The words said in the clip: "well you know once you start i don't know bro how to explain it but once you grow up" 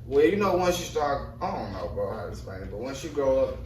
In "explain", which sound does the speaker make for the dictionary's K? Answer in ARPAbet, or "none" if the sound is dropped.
none